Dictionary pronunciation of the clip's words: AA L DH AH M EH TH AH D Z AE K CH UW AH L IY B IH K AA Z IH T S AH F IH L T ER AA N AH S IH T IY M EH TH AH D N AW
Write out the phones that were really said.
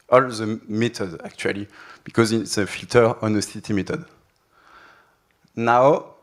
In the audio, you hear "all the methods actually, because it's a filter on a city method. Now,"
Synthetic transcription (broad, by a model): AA L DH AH M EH T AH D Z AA K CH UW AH L IY B IH K AA Z IH T S AH F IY L T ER AA N AH S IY T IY M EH T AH D N AW